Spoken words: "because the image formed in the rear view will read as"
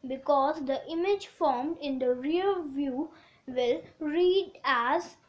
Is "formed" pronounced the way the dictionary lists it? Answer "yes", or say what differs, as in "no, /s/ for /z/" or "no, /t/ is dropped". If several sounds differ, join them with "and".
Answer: yes